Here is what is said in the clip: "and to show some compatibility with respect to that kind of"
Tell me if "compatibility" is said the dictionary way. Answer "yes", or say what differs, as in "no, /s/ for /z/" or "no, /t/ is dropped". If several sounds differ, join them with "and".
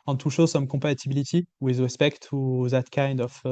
no, /m/ is dropped